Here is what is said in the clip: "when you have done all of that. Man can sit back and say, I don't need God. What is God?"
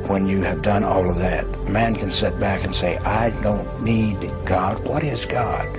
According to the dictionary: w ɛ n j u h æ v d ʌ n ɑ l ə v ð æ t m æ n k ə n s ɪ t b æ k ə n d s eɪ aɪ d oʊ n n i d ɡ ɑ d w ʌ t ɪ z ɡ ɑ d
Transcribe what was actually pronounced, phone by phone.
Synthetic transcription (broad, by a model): w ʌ n j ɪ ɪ v d ʌ n ɑ l ə v ð æ t m æ n k ə n s ɪ t b æ k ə n s eɪ aɪ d oʊ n n i d ɡ ɑ d w ʌ t ɪ z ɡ ɑ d